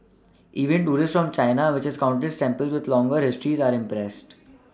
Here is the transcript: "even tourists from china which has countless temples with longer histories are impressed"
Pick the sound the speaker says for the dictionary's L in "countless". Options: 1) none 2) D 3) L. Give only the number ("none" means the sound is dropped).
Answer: 1